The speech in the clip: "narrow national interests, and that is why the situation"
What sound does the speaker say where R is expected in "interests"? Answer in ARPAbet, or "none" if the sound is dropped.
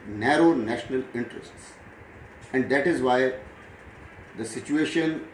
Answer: R